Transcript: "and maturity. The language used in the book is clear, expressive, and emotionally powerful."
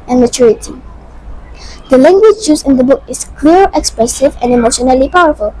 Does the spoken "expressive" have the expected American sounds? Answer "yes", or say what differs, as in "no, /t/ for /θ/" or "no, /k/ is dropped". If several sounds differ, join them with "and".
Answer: yes